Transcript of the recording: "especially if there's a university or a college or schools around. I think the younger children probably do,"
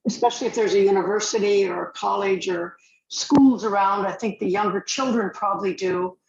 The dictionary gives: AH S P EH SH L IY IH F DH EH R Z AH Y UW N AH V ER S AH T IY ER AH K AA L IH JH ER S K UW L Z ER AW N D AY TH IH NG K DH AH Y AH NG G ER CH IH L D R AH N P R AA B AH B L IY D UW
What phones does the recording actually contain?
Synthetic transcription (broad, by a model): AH S P EH SH L IY IH F DH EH R Z AH Y UW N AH V ER S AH T IY ER AH K AA L IH JH ER S K UW L Z ER AW N D AY TH IH NG K DH AH Y AH NG G ER CH IH L D R AH N P R AA B AH B L IY D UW